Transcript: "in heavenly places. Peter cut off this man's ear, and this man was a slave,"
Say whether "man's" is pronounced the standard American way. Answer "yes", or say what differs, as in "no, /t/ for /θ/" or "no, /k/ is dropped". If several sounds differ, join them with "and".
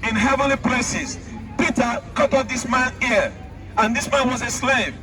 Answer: no, /z/ is dropped